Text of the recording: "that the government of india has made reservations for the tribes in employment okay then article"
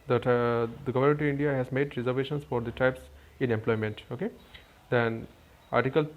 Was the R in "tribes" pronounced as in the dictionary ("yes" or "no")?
no